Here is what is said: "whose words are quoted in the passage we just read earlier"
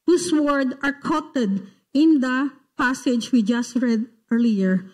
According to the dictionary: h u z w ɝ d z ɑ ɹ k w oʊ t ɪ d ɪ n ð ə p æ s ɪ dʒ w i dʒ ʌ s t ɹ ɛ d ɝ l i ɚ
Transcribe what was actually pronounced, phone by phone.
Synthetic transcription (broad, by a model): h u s w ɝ d ɑ ɹ k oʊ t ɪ d ɪ n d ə p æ s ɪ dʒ w i dʒ ʌ s t ɹ ɛ d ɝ l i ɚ